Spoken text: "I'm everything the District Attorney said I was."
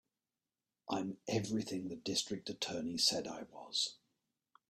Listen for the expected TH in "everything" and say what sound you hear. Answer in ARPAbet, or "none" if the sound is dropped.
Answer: TH